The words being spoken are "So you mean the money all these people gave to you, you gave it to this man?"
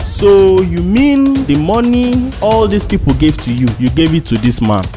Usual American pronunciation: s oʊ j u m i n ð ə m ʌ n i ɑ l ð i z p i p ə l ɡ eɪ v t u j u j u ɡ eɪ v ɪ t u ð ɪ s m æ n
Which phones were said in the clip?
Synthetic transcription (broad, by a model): s oʊ j u m i n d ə m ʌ n i ɑ l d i s p i p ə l ɡ eɪ v t u j u j u ɡ eɪ v ɪ t u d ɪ s m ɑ n